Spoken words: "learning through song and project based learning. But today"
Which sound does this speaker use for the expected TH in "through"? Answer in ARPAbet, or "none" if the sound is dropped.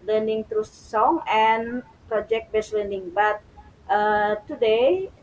T